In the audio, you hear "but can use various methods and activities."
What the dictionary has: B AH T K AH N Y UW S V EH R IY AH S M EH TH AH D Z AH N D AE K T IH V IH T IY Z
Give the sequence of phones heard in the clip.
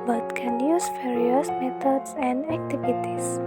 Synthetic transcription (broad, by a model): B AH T K AH N Y UW S F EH R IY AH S M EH T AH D S AH N D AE K T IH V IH T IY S